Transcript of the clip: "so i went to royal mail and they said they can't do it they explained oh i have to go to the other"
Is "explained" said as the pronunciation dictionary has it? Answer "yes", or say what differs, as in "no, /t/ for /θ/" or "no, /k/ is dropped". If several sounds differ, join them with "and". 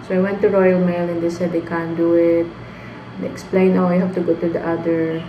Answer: no, /d/ is dropped